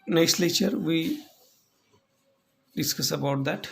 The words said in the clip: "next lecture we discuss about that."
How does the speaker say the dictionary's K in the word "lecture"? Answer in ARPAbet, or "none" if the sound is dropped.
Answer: none